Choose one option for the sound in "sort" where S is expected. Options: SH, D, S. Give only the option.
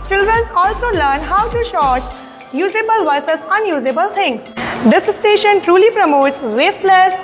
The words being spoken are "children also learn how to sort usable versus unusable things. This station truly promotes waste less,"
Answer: SH